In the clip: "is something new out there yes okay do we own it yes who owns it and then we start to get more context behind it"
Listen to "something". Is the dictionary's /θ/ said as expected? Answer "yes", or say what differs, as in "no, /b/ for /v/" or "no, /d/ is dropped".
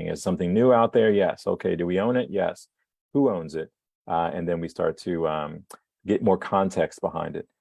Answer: yes